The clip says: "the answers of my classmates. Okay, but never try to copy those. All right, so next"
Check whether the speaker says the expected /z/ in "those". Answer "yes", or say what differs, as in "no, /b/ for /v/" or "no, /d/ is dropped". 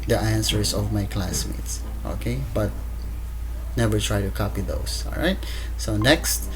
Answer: no, /s/ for /z/